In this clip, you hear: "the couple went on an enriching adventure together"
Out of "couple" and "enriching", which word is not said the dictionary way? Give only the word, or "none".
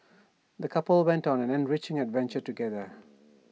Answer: none